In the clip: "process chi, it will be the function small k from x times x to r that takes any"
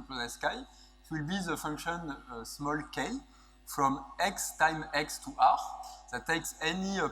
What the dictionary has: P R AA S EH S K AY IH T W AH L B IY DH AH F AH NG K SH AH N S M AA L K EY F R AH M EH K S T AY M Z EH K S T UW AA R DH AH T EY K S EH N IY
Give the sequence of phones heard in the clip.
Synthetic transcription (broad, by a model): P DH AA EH S K AY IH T W AH L B IY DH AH F AH NG K SH AH N S M AA L K EY F R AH M EH K S T AY M EH K S T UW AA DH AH T EY K S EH N IY